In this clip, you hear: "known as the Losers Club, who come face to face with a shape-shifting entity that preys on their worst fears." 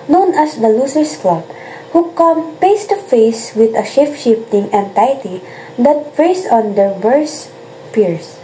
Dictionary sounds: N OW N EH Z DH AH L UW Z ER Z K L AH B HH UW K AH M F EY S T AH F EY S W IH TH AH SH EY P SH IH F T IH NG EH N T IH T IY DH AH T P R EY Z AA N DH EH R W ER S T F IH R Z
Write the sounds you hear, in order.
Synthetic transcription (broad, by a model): N OW N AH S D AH L UW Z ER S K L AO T HH UW K AH M P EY S T AH F EY S W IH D AH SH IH F SH IH F T IH NG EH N T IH T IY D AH T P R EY S AA N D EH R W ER S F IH R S